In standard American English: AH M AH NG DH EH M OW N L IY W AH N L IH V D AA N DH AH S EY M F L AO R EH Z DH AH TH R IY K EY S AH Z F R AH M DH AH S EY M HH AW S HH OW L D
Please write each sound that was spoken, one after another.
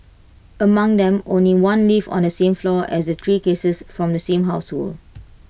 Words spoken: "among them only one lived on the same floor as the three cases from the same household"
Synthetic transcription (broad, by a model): AH M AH NG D EH M OW N L IY W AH N L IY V AA N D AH S EY M F L AO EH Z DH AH T R IY K EY S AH S F R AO M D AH S EY M HH AW S HH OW L